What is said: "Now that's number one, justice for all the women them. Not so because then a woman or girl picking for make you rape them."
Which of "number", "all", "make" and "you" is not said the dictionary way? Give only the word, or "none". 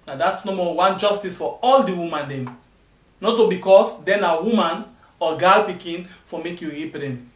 number